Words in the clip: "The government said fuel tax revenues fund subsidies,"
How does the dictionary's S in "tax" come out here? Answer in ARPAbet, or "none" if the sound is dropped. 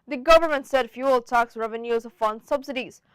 S